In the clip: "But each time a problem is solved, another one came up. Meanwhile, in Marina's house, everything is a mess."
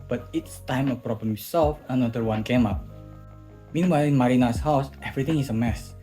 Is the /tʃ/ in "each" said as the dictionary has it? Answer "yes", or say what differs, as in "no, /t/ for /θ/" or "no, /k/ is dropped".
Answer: no, /s/ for /tʃ/